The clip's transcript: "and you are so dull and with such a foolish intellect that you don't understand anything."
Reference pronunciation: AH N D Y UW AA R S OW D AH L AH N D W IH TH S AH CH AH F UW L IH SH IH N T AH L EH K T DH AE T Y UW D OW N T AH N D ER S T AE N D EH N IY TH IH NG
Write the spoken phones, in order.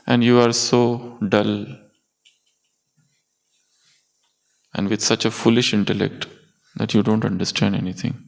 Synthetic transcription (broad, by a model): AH N D Y UW AA R S OW D AH L AH N D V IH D S AH CH AH F UW L IH SH IH N T AH L EH K T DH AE T Y UW D OW N T AH N D ER S T AE N D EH N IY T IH NG